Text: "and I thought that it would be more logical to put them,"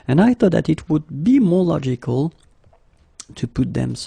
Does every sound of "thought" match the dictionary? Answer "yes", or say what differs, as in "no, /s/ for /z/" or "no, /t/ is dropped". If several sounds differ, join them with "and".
yes